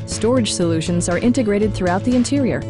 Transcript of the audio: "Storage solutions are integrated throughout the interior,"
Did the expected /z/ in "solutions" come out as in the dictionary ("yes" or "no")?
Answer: yes